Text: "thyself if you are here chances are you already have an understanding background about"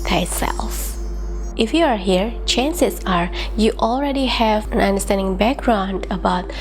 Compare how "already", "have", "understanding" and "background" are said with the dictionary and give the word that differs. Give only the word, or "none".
none